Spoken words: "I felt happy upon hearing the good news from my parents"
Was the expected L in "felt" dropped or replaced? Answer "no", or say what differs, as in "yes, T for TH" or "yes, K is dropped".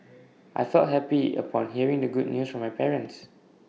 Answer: yes, L is dropped